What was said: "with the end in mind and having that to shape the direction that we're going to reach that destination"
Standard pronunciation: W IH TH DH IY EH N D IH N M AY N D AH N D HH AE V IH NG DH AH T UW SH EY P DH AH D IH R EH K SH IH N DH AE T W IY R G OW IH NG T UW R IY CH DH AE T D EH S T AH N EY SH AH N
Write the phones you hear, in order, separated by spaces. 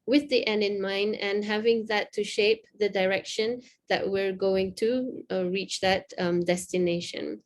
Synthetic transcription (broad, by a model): W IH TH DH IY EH N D IH N M AY N D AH N HH AE V IH NG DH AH T UW SH EY P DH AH D IH R EH K SH IH N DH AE T W IY R G OW IH NG T UW R IY CH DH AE T D EH S T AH N EY SH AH N